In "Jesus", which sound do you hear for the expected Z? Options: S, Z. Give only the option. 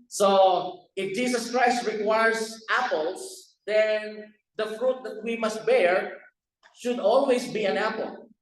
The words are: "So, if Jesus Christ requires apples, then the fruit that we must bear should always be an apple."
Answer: S